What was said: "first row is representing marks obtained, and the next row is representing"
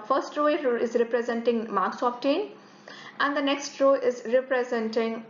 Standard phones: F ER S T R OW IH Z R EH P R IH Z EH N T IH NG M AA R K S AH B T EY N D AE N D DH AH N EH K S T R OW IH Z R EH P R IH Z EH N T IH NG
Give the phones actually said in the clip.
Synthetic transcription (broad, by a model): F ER S T R OW IH Z R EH P R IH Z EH N T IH NG M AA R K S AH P T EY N AE N D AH N EH K S T R OW IH Z R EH P R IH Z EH N T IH NG